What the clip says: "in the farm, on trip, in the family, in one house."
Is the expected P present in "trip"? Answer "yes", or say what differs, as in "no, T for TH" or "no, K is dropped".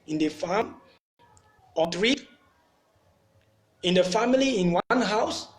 no, P is dropped